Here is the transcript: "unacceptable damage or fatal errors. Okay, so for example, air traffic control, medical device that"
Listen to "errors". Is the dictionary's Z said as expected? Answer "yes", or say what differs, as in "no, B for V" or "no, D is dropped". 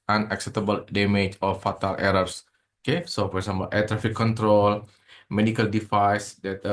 no, S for Z